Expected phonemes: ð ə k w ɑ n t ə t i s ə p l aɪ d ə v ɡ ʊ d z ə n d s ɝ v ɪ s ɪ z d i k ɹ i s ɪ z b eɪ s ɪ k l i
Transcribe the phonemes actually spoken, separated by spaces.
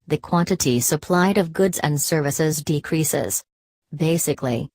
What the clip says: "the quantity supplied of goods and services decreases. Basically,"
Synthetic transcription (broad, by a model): ð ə k w ɑ n t ə t i s ə p l aɪ d ə v ɡ ʊ d z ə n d s ɝ v ɪ s ɪ z d i k ɹ i s ɪ z b eɪ s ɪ k l i